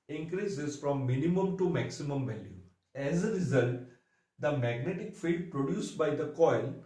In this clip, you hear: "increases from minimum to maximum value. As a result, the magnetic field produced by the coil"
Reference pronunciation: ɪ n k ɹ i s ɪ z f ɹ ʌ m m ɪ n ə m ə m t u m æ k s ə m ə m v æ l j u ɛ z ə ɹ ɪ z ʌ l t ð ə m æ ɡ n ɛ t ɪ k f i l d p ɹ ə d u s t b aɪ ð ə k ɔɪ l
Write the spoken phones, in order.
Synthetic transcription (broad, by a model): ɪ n k ɹ i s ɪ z f ɹ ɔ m m ɪ n ə m ə m t u m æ k s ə m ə m v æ l j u ɛ z ə ɹ ɪ z ʌ l t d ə m æ ɡ n ɛ t ɪ k f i d p ɹ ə d u s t b aɪ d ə k ɔɪ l